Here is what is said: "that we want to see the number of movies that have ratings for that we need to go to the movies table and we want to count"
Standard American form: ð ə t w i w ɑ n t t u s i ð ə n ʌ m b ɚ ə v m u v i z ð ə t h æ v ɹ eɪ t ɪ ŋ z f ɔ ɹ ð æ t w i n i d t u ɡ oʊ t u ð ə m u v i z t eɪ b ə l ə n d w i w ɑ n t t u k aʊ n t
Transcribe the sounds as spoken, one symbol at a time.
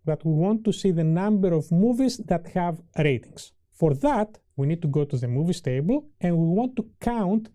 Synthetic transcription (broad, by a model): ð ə t w i w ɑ n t t u s i ð ə n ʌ m b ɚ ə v m u v i z ð ə t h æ v ɹ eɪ t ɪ ŋ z f ɔ ɹ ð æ t w i n i d t u ɡ oʊ t u ð ə m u v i s t eɪ b ə l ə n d w i w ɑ n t t u k aʊ n t